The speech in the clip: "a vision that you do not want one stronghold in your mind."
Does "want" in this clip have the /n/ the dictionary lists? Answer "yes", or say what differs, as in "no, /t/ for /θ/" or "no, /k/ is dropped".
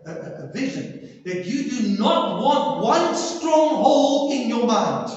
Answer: yes